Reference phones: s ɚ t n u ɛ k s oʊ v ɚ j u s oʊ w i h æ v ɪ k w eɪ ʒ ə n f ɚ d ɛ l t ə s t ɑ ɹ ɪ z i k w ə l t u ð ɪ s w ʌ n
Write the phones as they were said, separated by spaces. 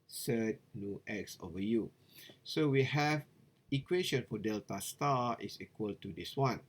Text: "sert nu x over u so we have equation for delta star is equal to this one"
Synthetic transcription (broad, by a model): s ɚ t n u ɛ k s oʊ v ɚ j u s oʊ w i h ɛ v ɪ k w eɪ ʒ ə n f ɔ d ɛ l t ə s t ɑ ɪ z i k w ə l t u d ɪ s w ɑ n